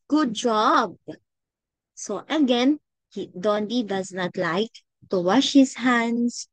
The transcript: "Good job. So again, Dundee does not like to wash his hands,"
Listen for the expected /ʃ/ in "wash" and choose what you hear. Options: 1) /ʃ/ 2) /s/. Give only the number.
1